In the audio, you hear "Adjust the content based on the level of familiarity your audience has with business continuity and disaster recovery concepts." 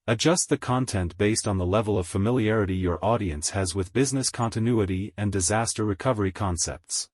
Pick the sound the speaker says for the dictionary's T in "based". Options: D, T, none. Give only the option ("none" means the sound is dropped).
T